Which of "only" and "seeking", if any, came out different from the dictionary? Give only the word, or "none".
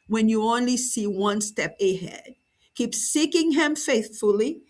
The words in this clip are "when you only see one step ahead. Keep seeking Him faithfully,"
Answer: none